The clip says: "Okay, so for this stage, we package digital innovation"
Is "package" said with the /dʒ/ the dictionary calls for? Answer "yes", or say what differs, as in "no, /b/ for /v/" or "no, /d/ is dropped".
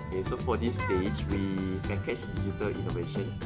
no, /tʃ/ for /dʒ/